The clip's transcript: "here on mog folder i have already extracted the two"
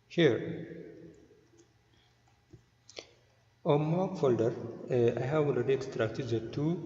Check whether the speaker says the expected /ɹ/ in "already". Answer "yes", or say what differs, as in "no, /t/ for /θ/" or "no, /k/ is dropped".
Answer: no, /ɹ/ is dropped